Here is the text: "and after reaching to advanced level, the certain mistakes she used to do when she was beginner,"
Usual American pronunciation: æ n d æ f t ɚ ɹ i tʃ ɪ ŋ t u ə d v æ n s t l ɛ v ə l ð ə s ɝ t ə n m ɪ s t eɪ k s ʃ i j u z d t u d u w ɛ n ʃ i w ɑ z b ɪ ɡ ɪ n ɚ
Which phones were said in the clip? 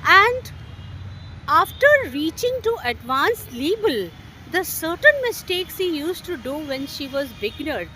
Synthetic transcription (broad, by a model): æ n d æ f t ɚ ɹ i tʃ ɪ ŋ t u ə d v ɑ n s l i b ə l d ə s ɝ t ə n m ɪ s t eɪ k s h i j u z t u d u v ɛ n ʃ i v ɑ z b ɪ ɡ n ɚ